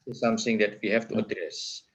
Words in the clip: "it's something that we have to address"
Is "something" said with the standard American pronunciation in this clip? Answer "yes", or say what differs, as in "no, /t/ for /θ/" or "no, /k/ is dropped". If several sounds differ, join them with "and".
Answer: no, /s/ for /θ/